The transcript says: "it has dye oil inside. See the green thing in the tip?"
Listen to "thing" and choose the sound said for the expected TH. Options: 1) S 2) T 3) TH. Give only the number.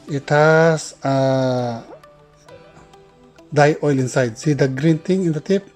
2